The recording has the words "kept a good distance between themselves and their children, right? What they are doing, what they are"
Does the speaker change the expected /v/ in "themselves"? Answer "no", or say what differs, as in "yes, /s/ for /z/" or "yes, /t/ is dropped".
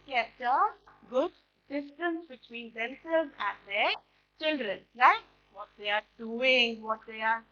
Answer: yes, /v/ is dropped